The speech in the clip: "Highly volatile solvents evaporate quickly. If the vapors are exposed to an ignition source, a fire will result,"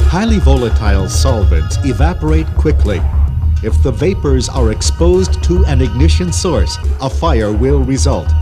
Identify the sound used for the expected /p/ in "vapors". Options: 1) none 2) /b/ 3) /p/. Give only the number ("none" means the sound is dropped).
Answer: 3